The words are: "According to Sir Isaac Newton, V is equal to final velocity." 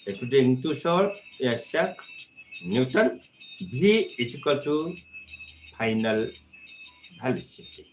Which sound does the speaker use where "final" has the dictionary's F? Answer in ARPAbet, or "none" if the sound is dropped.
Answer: P